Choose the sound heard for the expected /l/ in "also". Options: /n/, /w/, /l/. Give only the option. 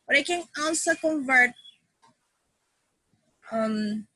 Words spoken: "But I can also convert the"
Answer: /n/